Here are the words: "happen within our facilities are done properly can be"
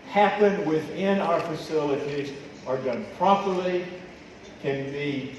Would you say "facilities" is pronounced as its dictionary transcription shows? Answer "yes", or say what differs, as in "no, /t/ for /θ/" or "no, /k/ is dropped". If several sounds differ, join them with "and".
yes